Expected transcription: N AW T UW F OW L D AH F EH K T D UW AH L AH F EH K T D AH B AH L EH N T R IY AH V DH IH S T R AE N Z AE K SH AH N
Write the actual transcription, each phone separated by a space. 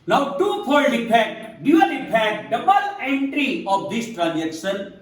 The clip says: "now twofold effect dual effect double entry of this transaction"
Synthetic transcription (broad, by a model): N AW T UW P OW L AH P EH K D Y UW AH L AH P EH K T D AH B AH L EH N T R IY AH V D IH S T R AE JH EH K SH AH N